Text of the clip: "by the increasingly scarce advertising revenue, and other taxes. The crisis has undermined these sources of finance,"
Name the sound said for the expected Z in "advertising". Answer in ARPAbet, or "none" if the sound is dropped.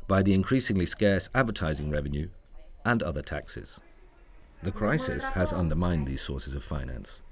Z